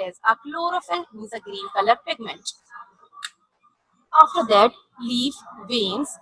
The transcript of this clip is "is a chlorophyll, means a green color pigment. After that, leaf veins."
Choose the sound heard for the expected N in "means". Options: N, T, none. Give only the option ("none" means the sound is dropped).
none